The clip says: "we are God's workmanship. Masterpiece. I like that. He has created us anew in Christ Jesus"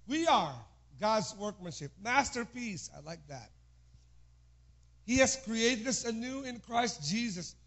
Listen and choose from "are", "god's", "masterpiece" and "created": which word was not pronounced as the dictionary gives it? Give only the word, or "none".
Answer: none